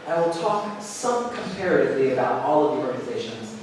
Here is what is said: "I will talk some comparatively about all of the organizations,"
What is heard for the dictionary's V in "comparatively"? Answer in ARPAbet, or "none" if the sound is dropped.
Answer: V